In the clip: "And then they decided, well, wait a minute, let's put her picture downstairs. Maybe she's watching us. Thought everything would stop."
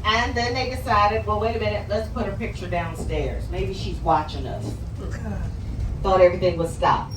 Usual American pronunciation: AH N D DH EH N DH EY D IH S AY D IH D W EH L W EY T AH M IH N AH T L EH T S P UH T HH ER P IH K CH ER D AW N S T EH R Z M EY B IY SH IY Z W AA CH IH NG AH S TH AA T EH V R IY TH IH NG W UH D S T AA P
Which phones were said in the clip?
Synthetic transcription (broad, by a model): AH N DH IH N DH EY D IH S AY D IH D W EH L W EY T AH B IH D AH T L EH T S P UH T HH ER P IH K CH ER D AW N S T EH R Z M EY B IY SH IY Z W AA CH IH NG AH S TH AA T EH V R IY TH IH NG W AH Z S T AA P